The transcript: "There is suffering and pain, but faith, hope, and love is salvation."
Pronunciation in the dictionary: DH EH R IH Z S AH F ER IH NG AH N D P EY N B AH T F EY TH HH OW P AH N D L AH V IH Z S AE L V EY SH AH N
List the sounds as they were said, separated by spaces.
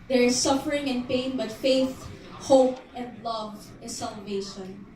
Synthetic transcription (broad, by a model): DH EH R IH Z S AH F ER IH NG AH N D P EY N B AH T F EY TH HH OW P AH N D L AH V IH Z S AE L V EY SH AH N